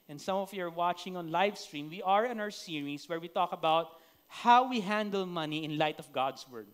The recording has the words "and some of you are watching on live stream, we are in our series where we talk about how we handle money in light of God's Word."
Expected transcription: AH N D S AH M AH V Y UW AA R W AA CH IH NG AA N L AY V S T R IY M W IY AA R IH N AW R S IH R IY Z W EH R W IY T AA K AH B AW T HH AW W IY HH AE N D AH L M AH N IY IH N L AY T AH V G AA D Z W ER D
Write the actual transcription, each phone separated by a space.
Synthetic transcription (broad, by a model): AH N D S AH M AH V Y UW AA R W AA CH IH NG AA N L AY V S T R IY M W IY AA R IH N AW R S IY R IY S W EH R W IY T AA K AH B AW T HH AW W IY HH AE N D AH L M AH N IY IH N L AY T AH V G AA D S W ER D